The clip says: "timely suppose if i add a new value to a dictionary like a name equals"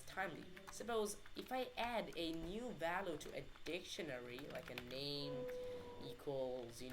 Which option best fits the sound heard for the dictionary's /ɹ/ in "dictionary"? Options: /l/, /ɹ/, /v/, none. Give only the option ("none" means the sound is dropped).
/ɹ/